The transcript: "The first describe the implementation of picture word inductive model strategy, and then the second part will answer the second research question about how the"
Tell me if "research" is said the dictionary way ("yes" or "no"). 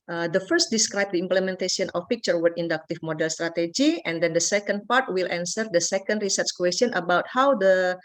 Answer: yes